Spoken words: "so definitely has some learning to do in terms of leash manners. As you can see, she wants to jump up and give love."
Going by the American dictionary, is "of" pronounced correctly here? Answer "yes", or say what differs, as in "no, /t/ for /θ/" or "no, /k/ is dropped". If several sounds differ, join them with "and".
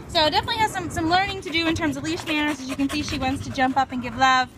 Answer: yes